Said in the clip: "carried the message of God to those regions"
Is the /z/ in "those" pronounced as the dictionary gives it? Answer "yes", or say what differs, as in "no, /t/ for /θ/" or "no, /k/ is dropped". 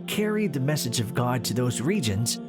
yes